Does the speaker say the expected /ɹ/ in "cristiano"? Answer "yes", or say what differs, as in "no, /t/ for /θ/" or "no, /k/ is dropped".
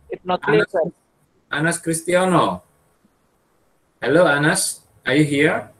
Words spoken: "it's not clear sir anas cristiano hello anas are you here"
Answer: yes